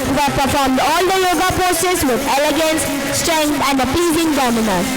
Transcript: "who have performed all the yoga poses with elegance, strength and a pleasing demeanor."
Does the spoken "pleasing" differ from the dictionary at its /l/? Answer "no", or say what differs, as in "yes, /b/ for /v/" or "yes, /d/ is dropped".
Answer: yes, /l/ is dropped